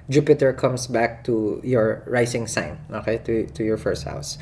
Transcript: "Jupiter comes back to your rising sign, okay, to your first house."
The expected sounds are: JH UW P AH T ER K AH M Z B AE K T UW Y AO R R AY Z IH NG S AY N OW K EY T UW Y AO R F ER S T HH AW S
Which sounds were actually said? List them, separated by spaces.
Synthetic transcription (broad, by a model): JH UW P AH T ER K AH M S B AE K T UW Y AO R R AY S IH NG S AY N OW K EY T UW Y AO R F ER S T HH AW S